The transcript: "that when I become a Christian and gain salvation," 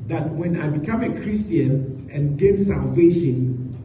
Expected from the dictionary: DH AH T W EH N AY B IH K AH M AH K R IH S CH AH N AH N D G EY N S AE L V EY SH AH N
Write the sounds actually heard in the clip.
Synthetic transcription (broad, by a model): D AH T W EH N AY B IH K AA M AH K R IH S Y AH N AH N G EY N S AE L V EY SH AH N